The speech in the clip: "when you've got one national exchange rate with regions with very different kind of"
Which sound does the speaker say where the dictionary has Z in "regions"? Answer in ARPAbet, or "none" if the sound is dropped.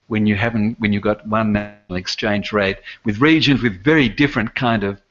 Z